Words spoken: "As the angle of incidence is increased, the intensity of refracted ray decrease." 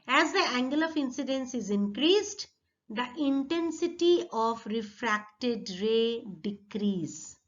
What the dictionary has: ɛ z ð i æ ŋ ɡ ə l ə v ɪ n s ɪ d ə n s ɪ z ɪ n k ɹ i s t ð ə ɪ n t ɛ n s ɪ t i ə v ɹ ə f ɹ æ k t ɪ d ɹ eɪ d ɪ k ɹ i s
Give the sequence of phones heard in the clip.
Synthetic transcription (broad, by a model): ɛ z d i æ ŋ ɡ ə l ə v ɪ n s ɪ d ə n s ɪ z ɪ n k ɹ i s t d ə ɪ n t ɛ n s ɪ t i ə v ɹ ə f ɹ æ k t ɪ d ɹ eɪ d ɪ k ɹ i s